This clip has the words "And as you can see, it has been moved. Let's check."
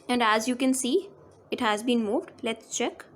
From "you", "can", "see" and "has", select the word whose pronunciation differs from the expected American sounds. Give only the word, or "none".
none